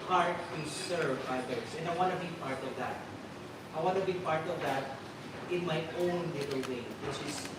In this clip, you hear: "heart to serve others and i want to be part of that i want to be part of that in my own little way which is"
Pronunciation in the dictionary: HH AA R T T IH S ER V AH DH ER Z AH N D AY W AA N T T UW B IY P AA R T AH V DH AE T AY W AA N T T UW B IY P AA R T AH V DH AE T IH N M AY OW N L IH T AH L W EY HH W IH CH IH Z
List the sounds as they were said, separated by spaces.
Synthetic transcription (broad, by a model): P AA R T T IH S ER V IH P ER S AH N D AY W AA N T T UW B IY P AA R T AH V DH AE T AY W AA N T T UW B IY P AA R T AH V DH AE T IH N M AY OW N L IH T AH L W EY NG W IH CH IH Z